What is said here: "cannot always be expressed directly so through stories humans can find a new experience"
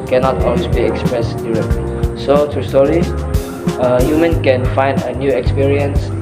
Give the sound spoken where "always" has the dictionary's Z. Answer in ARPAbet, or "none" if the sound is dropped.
none